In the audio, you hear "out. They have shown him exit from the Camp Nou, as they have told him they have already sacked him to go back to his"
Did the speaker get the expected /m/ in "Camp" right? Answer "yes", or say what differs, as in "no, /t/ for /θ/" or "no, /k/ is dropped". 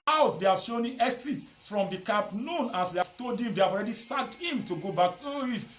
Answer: no, /m/ is dropped